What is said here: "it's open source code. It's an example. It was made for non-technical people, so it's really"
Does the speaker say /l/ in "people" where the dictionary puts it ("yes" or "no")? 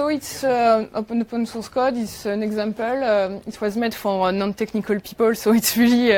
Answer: yes